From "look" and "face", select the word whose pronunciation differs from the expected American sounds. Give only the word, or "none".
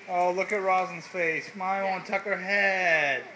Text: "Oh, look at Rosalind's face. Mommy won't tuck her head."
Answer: none